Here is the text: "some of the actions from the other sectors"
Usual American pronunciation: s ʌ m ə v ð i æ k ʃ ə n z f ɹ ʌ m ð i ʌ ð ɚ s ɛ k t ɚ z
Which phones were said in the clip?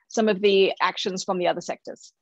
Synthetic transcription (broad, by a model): s ʌ m ə v ð i æ k ʃ ə n z f ɹ ʌ m ð i ʌ ð ɚ s ɛ k t ɚ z